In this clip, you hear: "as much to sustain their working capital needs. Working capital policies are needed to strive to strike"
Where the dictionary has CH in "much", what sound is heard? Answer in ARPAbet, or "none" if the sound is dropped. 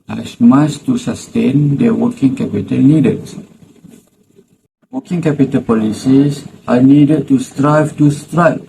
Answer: S